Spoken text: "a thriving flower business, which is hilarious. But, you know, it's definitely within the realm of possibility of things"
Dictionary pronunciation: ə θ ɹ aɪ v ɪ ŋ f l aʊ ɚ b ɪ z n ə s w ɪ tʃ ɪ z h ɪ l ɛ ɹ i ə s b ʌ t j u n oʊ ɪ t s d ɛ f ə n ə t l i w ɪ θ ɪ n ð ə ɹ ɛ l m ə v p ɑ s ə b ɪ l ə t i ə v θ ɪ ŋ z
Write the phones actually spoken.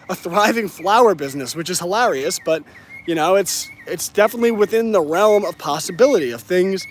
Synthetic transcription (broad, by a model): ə θ ɹ aɪ v ɪ ŋ f l aʊ ɚ b ɪ z n ə s w ɪ tʃ ɪ z h ɪ l ɛ ɹ i ə s b ʌ t j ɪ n oʊ ɪ t s d ɛ f ə n ə t l i w ɪ θ ɪ n ð ə ɹ ɛ l m ə v p ɑ s ə b ɪ l ə t i ə v θ ɪ ŋ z